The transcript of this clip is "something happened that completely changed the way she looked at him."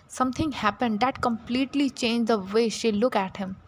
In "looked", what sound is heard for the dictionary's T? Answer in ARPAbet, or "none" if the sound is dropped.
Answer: none